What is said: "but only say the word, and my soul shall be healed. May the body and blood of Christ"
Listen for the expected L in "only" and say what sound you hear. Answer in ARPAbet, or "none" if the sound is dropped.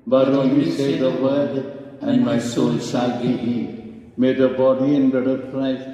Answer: none